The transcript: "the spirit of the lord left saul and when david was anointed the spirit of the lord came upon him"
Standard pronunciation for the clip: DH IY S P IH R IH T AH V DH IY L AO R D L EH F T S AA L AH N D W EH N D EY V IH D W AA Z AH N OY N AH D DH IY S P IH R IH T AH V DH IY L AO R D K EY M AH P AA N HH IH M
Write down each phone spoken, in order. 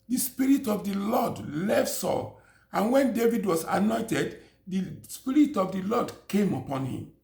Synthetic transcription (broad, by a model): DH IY S P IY R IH T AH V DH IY L AO D L EH F T S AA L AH N W EH N D EY V IH D W AA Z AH N OY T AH D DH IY S P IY R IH T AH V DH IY L AO D K EY M AH P AA N HH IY M